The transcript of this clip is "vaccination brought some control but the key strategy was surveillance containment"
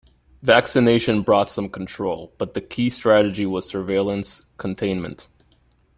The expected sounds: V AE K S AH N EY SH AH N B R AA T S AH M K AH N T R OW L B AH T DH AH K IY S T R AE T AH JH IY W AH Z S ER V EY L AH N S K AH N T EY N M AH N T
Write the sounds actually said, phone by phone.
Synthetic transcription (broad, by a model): V AE K S AH N EY SH AH N B R AA T S AH M K N T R OW L B AH T DH AH K IY S T R AE T AH JH IY W AH Z S ER V EY L AH N S K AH N T EY N M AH N T